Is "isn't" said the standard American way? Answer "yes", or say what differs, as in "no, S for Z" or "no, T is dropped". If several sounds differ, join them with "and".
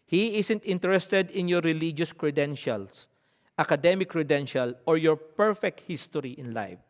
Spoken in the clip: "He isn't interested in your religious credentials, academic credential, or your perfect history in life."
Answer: no, S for Z